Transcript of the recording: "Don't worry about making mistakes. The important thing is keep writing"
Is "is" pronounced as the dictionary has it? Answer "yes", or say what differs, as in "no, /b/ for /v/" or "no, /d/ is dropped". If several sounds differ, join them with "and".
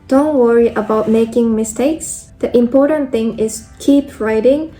no, /s/ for /z/